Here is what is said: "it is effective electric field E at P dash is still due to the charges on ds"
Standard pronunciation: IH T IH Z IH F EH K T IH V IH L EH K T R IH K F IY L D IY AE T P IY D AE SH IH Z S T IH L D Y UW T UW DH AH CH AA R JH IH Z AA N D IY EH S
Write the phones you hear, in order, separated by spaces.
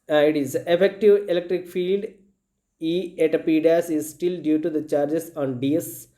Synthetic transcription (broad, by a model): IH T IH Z IH F EH K T IH V IH L EH K T R IH K F IY L D IY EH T P IY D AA S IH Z S T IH L D Y UW T UW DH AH CH AA R JH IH S AA N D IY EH S